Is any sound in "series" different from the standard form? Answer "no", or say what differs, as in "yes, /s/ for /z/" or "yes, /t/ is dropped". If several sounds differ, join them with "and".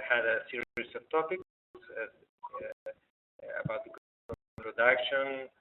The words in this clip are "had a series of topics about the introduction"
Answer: yes, /s/ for /z/